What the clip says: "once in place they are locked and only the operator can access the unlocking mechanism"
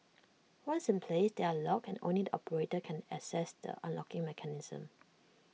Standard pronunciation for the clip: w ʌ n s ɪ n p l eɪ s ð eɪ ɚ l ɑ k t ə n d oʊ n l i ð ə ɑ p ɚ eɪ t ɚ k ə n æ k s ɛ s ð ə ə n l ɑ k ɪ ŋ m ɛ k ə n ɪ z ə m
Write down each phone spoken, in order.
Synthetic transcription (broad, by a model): w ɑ n s ɪ n p l eɪ s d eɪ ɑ l ɑ k ə n oʊ n l i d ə ɑ p ɚ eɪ t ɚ k ə n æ s ɛ s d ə ə n l ɑ k ɪ ŋ m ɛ k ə n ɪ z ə m